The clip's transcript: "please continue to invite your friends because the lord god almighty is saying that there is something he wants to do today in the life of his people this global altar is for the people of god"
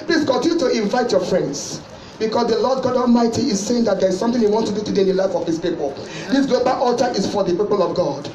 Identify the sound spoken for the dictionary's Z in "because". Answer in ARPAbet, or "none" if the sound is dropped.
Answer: S